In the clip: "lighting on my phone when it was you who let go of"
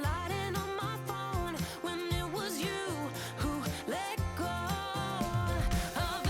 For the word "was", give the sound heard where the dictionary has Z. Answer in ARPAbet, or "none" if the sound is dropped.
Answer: Z